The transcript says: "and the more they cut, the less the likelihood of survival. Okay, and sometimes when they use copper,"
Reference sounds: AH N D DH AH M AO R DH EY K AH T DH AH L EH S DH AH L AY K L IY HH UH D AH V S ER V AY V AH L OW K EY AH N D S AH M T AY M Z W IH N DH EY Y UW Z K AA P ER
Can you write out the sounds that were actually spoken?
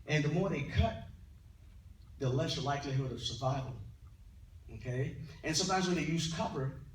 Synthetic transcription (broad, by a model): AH N DH AH M AO R DH EY K AH T DH AH L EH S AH L AY K L IY HH UH D AH V S ER V AY V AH L OW K EY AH N S AH M T AY M Z W IH N DH EY Y UW Z K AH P ER